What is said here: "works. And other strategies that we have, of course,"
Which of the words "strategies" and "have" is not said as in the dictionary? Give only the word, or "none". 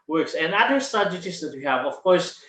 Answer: strategies